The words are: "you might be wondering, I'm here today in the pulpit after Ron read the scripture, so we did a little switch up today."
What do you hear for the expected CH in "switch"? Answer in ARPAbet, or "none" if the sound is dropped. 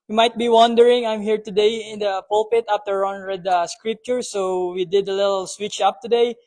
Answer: CH